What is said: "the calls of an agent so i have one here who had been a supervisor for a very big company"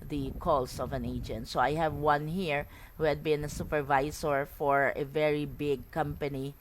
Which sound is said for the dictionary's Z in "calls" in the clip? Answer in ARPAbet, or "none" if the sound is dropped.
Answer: S